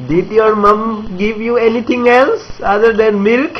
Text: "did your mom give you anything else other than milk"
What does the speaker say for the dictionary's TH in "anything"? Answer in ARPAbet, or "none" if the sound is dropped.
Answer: T